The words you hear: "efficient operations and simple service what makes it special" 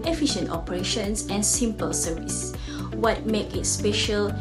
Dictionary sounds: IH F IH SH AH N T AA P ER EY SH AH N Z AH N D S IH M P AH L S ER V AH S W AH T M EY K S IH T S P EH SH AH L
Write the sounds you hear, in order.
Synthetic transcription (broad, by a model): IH F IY SH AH N T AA P ER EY SH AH N S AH N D S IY M P AH L S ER V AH S W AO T M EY K IH T S P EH SH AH L